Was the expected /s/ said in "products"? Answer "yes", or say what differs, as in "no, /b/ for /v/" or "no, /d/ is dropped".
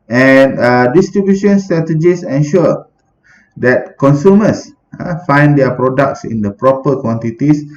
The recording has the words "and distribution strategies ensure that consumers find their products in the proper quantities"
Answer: yes